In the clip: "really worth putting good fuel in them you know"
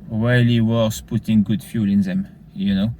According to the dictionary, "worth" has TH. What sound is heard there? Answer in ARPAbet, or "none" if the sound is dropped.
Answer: S